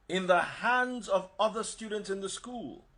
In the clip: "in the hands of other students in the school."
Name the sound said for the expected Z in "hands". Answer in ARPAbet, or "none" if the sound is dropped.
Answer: Z